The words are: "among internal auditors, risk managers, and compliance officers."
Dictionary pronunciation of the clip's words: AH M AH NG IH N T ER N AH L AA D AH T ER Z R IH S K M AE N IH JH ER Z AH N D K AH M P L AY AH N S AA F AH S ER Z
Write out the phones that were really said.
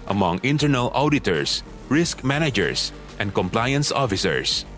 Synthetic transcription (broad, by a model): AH M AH NG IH N T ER N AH L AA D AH T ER S R IH S K M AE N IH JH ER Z AH N D K AH M P L AY AH N S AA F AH S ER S